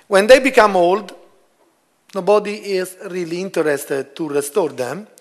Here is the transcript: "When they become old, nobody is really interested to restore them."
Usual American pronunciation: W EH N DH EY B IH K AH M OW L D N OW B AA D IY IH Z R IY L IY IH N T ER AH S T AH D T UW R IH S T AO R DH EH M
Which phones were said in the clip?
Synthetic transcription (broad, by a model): W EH N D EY B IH K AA M OW L D N OW B AA D IY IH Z R IY L IY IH N T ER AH S T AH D T UW R IH S T AO R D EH M